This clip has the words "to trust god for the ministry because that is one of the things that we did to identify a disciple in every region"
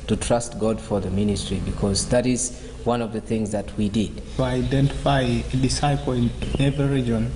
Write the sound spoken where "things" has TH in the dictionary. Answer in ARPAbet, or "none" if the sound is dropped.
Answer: TH